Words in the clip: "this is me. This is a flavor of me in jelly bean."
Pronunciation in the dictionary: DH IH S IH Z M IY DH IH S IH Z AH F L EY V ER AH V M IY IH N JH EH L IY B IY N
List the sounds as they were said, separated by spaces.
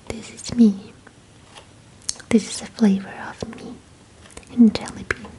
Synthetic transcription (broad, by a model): DH IH S IH Z M IY DH IH S IH Z AH F L EY V ER AH V M IY IH N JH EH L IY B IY